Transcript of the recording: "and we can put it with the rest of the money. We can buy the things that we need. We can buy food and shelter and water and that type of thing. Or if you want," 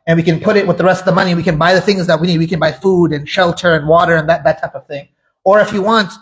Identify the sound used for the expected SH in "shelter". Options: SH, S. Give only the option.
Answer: SH